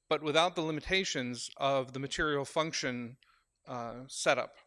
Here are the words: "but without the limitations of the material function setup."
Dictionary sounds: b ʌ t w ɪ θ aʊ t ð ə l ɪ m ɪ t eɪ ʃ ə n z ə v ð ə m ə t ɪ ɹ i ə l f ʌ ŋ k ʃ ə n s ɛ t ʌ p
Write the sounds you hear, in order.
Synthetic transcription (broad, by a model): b ʌ t w ɪ θ aʊ t ð ə l ɪ m ɪ t eɪ ʃ ə n z ə v ð ə m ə t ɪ ɹ i l f ʌ ŋ k ʃ ə n s ɛ t ʌ p